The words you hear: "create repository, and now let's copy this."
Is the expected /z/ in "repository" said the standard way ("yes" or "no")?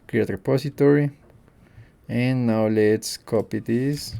no